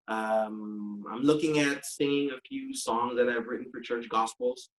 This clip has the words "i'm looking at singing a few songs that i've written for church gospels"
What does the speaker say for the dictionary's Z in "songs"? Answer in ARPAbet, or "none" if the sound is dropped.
Z